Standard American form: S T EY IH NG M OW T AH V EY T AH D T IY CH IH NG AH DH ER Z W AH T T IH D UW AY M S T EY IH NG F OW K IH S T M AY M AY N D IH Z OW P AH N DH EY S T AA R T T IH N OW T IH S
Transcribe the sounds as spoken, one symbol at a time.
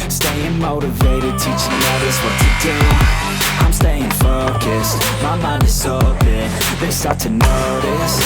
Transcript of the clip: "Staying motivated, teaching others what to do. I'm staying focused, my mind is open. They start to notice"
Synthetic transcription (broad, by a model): S T EY IH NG M OW T AH V EY T AH D T IY CH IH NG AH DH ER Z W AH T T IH D UW AY M S T EY IH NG F OW K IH S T M AY M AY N IH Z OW B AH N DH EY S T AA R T T IH N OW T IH S